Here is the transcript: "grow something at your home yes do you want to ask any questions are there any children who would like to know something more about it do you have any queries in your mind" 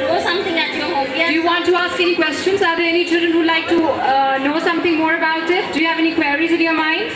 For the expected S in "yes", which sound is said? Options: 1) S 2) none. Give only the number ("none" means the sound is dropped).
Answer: 2